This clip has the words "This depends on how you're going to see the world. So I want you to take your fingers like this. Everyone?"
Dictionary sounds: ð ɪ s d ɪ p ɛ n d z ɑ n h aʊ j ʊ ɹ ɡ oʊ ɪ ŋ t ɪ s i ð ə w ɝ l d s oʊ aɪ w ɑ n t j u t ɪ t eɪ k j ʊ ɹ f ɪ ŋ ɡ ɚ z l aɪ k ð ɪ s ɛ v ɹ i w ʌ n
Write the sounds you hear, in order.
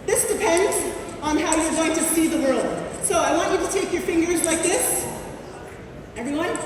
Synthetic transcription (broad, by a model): ð ɪ s d ɪ p ɛ n d z n h aʊ j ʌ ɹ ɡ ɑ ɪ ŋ t ɪ s i ð ə w ɝ l d s oʊ aɪ w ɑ n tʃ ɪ t ɪ t eɪ k j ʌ ɹ f ɪ ŋ ɡ ɚ z l aɪ k ð ɪ s ɛ v ɹ i w ʌ n